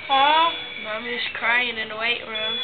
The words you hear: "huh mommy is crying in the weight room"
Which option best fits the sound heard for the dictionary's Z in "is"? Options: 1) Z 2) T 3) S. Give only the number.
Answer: 3